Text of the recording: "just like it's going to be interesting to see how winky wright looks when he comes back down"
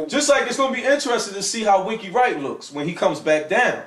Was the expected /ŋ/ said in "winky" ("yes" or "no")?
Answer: no